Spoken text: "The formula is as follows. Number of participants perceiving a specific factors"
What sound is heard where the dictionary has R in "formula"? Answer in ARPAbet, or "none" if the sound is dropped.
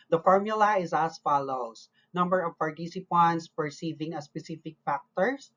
R